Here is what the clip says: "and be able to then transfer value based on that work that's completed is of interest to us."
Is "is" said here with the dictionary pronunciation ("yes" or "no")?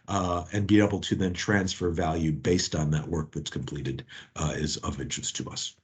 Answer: yes